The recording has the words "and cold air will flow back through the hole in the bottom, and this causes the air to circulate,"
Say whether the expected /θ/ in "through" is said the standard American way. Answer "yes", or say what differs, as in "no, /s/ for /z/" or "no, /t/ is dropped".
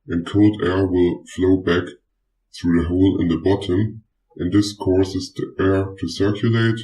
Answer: yes